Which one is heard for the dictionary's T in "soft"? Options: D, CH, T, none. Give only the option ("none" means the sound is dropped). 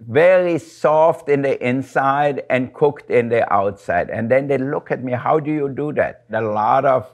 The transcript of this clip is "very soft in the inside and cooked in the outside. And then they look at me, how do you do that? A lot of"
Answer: T